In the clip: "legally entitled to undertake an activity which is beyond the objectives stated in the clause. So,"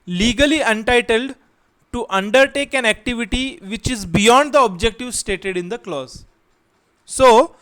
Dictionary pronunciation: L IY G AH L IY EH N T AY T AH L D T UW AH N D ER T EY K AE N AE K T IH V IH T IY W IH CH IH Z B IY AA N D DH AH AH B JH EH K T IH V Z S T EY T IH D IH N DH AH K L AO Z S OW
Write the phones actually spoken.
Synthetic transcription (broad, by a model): L IY G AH L IY EH N T AY T AH L D T UW AH N D ER T EY K AE N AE K T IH V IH T IY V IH CH IH Z B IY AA N D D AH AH B JH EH K T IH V S T EY T IH D IH N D AH K L AO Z S OW